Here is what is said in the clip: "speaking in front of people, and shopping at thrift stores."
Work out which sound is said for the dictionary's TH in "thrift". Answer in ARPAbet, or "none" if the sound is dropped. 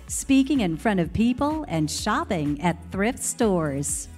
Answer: TH